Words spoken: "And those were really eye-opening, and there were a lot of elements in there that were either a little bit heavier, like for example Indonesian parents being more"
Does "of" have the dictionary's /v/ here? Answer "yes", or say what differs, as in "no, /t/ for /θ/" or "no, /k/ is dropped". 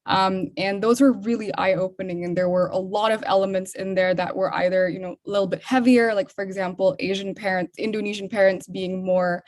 yes